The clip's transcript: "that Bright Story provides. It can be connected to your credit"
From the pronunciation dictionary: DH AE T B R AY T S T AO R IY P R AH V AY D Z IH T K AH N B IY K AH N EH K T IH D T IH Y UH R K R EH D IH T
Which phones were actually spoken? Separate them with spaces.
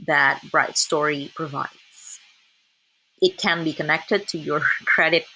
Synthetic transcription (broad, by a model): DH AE T B R AY T S T AO R IY P R AH V AY D Z IH T K AH N B IY K AH N EH K T IH D T IH Y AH R K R EH D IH T